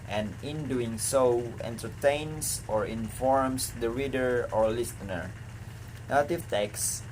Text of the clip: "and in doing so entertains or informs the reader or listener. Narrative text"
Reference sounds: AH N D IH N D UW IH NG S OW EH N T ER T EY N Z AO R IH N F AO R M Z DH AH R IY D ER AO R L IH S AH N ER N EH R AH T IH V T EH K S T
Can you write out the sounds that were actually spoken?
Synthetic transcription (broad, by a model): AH N IH N D UW IH NG S OW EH N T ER T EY N S AO R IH N F AO R M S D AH R IY D ER AO R L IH S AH N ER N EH L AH T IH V T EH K S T